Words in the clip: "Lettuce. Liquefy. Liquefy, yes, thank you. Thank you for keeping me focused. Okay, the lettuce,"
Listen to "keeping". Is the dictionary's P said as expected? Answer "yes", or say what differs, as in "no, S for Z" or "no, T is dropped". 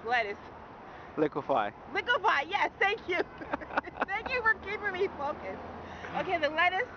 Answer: no, P is dropped